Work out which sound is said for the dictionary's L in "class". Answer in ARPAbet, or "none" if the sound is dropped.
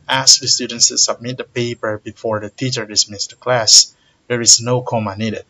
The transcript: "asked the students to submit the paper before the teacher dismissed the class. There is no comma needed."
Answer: L